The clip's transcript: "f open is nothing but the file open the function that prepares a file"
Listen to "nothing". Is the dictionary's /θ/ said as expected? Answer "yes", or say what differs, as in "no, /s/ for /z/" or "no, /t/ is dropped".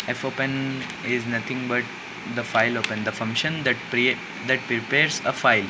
no, /t/ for /θ/